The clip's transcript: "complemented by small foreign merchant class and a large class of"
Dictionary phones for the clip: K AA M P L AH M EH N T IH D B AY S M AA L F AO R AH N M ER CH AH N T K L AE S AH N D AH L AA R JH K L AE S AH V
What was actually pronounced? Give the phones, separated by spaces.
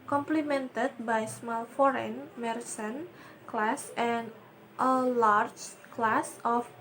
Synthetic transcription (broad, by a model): K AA M P L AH M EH N T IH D B AY S M AA L F AO R AH N M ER S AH N K L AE S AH N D AH L AA R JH K L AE S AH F